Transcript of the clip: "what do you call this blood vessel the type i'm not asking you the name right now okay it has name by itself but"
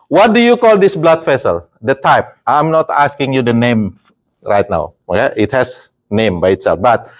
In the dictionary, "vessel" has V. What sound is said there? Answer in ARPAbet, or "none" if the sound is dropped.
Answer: F